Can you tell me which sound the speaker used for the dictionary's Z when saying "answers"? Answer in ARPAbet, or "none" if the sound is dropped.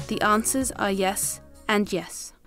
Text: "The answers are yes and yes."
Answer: Z